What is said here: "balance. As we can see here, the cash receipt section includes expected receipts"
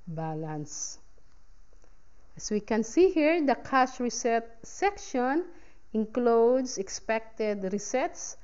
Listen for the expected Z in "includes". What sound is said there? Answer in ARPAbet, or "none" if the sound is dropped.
S